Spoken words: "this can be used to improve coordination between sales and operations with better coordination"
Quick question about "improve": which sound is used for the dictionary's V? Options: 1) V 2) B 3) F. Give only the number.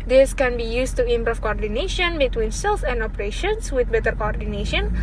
3